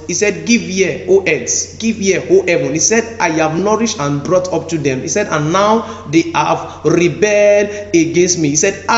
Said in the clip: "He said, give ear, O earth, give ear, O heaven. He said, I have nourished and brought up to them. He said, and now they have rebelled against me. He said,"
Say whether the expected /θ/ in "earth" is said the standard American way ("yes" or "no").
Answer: no